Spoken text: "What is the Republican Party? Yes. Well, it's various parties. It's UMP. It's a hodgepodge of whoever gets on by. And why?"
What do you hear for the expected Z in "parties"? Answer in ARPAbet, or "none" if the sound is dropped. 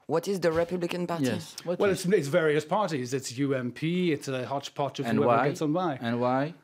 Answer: Z